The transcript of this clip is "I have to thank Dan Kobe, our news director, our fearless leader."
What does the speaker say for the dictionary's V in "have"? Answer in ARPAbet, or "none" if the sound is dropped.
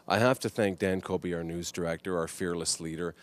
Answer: F